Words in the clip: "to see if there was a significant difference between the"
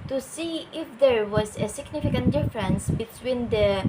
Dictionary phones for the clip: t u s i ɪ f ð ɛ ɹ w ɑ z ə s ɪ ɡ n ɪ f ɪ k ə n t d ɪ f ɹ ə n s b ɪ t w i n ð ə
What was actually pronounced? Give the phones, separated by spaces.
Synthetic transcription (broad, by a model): t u s i ɪ f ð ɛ ɹ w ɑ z ə s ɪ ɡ n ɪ f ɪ k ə n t d ɪ f ɹ ə n s b ɪ t w i n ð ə